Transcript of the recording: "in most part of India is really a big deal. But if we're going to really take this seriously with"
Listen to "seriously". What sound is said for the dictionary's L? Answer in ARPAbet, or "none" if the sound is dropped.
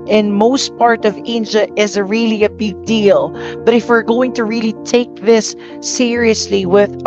L